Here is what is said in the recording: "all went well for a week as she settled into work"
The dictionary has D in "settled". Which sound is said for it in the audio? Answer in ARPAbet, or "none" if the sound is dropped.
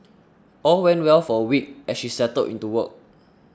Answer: none